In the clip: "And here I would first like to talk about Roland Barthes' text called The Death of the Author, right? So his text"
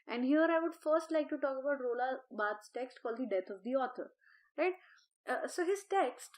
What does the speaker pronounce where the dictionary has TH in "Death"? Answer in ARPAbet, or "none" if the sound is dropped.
T